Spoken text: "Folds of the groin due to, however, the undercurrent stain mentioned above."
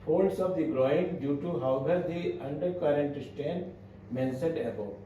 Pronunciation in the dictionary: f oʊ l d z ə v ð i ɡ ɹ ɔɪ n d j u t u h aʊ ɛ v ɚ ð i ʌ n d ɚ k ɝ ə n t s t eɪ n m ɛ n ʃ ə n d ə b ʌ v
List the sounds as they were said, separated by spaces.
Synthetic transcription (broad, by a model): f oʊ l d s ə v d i ɡ ɹ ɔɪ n d j u t u h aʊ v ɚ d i ʌ n d ɚ k ɝ ə n t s t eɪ n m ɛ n s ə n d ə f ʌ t